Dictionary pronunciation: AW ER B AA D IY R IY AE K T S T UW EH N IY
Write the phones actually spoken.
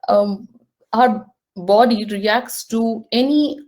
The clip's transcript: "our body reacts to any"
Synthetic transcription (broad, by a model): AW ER B AA D IY R IY AE K T S T UW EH N IY